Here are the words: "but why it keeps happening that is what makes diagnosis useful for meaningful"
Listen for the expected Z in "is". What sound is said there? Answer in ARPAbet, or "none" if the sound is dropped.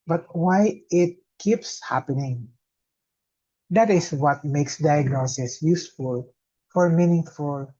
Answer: S